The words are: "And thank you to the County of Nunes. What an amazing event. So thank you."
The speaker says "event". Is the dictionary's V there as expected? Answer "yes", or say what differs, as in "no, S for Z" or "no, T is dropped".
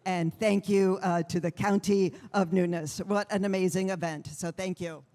yes